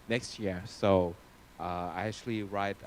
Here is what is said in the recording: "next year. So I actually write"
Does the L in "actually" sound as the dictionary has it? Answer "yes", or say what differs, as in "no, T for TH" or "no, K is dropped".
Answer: yes